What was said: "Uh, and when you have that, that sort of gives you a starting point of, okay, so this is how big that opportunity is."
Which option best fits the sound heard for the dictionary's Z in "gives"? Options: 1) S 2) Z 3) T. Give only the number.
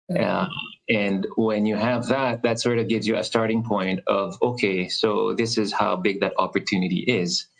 2